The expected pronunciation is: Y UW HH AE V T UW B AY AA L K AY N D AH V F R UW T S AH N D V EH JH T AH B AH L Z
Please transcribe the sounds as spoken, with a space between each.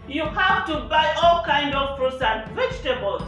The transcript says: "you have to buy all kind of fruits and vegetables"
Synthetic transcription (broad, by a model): Y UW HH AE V T UW B AY AA L K AY N D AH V P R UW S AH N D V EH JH T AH B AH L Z